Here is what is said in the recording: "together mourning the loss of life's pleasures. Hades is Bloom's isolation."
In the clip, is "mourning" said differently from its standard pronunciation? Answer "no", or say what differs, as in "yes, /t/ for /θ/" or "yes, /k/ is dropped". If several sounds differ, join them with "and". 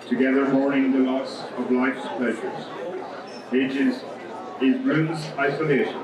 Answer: yes, /n/ is dropped